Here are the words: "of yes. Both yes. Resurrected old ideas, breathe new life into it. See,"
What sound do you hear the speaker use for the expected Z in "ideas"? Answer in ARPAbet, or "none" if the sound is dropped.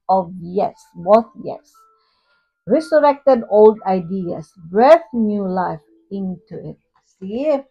S